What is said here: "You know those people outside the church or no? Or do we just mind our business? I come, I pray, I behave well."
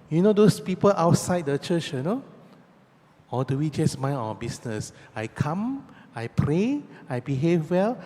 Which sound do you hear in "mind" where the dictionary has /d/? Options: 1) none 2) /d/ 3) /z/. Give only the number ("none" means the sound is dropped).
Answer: 1